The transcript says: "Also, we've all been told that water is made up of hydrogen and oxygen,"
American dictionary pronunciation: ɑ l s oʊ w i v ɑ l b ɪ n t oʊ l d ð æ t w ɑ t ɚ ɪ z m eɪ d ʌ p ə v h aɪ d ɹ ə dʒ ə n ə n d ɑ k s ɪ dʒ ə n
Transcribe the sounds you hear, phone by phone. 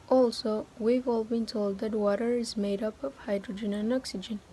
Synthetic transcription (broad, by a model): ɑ l s oʊ w i v ɑ l b ɪ n t oʊ l d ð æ t w ɑ t ɚ ɪ z m eɪ d ʌ p ə v h aɪ d ɹ ə dʒ ə n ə n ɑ k s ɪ dʒ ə n